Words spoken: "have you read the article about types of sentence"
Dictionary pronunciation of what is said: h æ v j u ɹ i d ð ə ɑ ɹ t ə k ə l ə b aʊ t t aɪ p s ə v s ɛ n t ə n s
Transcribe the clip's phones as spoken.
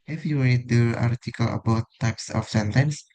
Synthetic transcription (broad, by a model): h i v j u l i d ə ɑ ɹ t ə k ə l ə b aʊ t t aɪ p s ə f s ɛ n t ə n s